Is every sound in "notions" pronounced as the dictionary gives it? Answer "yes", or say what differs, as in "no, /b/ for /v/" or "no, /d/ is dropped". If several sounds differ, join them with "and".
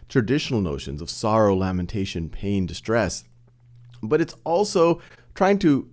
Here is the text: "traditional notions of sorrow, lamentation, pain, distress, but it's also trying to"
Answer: yes